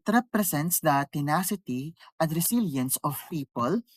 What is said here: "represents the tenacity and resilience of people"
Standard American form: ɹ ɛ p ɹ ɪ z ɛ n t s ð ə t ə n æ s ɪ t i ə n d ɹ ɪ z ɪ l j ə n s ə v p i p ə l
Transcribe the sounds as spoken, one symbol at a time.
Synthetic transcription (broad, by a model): ɹ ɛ p ɹ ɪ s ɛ n t s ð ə t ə n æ s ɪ t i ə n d ɹ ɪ s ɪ l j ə n s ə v p i p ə l